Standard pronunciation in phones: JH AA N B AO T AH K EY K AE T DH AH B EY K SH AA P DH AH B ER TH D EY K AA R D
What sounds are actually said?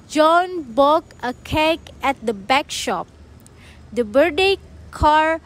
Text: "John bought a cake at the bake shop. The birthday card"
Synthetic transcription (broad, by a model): JH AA N B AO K AH K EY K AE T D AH B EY K SH AA P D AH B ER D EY K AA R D